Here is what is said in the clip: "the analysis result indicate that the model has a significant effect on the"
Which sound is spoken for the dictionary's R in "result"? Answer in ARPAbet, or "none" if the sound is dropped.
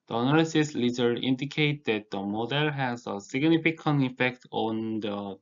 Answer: L